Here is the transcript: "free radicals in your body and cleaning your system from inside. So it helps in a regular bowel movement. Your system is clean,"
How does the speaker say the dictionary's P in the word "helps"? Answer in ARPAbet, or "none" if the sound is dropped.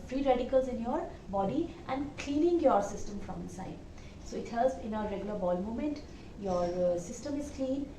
none